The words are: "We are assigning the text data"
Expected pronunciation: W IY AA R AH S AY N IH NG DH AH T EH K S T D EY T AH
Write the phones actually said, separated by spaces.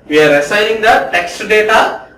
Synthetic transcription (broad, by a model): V IY AA R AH S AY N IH NG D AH T EH K S T D EY T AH